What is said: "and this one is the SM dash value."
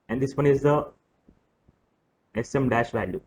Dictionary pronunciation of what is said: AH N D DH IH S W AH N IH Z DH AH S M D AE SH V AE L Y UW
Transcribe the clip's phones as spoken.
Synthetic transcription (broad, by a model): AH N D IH S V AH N IH Z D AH S M D AE SH V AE L Y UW